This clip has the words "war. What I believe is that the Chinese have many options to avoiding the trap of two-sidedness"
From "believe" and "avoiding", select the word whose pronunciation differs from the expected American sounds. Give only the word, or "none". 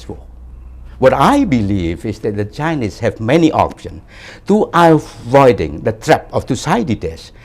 none